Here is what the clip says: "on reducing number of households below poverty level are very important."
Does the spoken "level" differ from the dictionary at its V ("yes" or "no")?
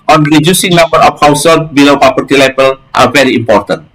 yes